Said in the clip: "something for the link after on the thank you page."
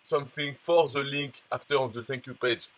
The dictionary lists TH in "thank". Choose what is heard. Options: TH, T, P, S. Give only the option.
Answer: S